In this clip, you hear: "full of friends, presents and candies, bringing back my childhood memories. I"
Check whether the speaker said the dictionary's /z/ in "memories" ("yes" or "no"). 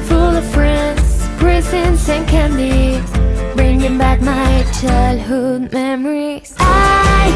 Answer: no